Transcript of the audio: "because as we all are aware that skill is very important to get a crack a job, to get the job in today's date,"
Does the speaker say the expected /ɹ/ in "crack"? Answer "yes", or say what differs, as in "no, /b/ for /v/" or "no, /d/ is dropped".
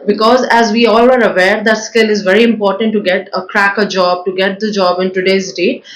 yes